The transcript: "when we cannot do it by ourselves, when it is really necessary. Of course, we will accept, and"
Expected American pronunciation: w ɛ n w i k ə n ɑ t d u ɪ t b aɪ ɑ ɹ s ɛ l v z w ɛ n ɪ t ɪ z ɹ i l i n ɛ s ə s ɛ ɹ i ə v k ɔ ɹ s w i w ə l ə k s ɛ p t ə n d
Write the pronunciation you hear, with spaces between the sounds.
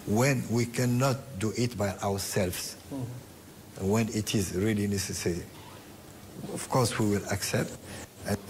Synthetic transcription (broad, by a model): w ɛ n w i k ə n ɑ t d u ɪ t b aɪ ɑ w s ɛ l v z w ɛ n ɪ t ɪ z ɹ i l i n ɛ s ə s ɛ ɹ i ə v k ɔ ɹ s w i w ə l ə k s ɛ p t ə